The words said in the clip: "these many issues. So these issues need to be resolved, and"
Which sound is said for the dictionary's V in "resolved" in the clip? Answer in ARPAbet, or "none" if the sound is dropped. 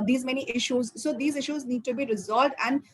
V